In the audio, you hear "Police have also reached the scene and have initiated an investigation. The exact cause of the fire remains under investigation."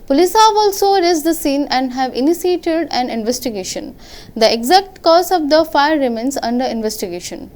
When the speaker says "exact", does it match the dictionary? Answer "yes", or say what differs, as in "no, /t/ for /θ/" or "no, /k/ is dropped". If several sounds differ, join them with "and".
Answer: yes